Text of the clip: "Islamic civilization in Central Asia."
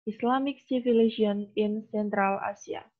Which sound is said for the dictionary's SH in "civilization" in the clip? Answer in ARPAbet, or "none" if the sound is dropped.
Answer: none